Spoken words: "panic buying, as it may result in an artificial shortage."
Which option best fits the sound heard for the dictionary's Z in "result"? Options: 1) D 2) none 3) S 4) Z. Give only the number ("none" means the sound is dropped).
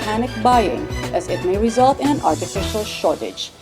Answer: 4